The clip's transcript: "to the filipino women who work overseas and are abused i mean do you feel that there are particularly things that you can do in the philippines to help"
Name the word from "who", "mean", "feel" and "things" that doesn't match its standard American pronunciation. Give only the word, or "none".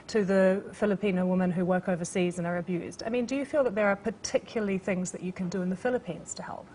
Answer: none